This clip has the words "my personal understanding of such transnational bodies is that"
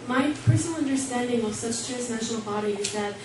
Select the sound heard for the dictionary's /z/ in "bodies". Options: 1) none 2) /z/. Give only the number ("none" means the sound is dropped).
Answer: 1